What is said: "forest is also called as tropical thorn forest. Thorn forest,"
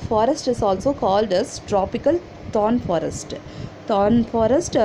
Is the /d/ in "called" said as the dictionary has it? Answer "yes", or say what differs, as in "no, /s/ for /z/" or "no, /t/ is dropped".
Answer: yes